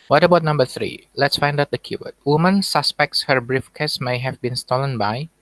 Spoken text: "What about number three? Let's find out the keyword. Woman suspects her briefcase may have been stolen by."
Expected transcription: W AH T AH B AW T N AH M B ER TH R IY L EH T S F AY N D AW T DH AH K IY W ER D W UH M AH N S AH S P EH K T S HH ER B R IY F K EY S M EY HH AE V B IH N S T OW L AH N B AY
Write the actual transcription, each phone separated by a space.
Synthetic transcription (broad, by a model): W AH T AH B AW T N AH M B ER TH R IY L EH T S F AY N D AW T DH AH K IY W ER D W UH M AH N S AH S P EH K T S HH ER B R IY F K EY S M EY HH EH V B IH N S T OW L AH N B AY